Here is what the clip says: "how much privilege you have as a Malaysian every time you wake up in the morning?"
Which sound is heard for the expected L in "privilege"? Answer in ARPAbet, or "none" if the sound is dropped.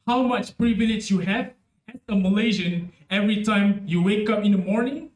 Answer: N